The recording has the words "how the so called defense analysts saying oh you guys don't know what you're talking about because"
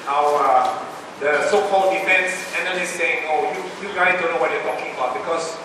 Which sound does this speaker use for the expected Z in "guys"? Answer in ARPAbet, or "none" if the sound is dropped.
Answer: none